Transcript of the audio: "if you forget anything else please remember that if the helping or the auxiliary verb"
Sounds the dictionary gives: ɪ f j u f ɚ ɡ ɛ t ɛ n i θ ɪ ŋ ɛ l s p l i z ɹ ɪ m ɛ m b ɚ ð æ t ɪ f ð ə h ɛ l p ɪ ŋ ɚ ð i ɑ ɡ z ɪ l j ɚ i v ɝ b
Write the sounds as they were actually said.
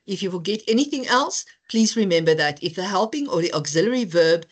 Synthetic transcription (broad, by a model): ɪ f j u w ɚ ɡ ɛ t ɛ n i θ ɪ ŋ ɛ l s p l i z ɹ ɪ m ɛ m b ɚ ð æ t ɪ f ð ə h ɛ l p ɪ ŋ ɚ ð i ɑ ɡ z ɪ l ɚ i v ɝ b